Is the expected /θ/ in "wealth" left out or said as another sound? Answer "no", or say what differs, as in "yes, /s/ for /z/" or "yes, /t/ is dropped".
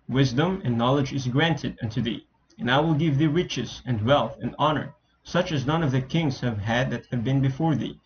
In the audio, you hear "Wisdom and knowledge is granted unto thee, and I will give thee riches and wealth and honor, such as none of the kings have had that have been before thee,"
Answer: no